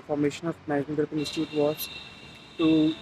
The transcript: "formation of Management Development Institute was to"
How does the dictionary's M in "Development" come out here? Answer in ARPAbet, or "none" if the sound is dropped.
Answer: none